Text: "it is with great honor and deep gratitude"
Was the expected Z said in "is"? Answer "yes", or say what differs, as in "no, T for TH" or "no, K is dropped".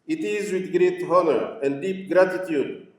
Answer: yes